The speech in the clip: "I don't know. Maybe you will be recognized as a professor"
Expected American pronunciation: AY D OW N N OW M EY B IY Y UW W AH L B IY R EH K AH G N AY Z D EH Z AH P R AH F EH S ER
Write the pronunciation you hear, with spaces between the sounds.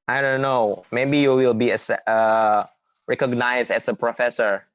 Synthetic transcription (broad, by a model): AY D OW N N OW M EY B IY Y UW W AH L B IY R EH K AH G N AY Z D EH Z AH P R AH F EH S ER